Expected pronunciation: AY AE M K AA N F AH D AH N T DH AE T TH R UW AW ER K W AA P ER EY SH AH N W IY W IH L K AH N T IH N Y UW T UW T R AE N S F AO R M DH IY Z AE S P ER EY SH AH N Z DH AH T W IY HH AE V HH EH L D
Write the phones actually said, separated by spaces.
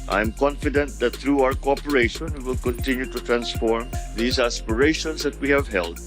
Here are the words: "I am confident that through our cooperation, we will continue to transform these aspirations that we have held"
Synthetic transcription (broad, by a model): AY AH M K AA N F AH D AH N T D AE T T R UW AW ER K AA P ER EY SH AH N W IY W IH L K AH N T IH N Y UW T UW T R AE N S F AO R M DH IY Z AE S P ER EY SH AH N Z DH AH T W IY HH AE V HH EH L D